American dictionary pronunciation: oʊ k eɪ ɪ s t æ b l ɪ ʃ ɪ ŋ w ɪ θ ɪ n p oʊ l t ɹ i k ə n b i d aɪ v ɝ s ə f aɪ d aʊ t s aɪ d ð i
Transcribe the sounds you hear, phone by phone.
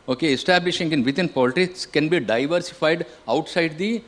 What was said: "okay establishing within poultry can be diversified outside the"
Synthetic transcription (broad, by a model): oʊ k eɪ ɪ s t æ b l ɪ ʃ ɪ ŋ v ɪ t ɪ n p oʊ l t i k ə n b i d aɪ v ɝ s ə f aɪ d aʊ t s aɪ d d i